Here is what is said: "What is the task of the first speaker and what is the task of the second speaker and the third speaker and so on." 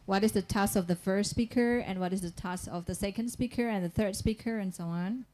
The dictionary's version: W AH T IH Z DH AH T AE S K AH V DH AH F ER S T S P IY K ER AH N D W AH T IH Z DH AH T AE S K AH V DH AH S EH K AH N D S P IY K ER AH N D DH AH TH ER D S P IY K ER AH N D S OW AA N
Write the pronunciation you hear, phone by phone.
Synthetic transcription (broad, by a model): W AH T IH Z DH AH T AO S AH V DH AH F ER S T S P IY K ER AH N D W AH T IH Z DH AH T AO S AH V DH AH S EH K AH N D S P IY K ER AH N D DH AH TH ER D S P IY K ER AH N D S OW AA N